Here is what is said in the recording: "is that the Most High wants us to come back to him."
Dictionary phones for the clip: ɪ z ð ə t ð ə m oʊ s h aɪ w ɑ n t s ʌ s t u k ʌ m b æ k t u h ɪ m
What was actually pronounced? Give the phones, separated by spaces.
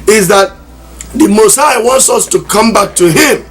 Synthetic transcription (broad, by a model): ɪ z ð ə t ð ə m oʊ s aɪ w ɑ n t s ʌ s t u k ʌ m b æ k t u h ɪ m